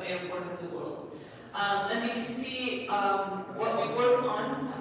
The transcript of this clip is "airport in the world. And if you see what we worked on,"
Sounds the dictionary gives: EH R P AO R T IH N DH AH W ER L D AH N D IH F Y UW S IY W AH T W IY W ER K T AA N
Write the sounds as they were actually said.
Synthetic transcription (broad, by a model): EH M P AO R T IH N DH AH W ER L D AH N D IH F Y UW S IY W AH T W IY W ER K AA N